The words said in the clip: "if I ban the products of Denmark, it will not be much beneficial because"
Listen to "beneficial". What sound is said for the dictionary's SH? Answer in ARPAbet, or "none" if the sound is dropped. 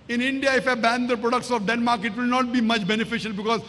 SH